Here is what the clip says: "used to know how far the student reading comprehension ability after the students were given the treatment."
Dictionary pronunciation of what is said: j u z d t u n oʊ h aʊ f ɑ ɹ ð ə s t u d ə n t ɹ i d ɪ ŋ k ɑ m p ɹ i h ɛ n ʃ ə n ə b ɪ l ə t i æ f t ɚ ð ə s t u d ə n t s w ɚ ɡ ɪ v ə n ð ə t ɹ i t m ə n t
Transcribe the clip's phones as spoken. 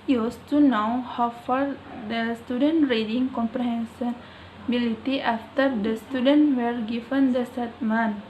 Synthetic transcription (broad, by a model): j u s t u n oʊ h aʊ f ɑ ɹ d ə s t u d ə n t ɹ i d ɪ ŋ k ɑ m p ɹ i h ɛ n s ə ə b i l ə t i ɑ f t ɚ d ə s t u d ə n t w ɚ ɡ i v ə n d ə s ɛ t m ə n